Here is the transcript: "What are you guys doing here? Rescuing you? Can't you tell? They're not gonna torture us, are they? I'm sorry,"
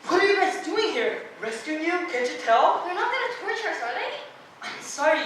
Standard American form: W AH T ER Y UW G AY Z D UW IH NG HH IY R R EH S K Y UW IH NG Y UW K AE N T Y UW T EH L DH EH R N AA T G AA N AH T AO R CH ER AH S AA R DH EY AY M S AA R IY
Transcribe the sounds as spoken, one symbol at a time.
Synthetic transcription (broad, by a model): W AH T ER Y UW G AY S D UW IH NG HH IY R R EH S K Y UW IH NG Y UW K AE N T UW T EH L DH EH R N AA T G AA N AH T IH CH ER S AA R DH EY AY M S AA R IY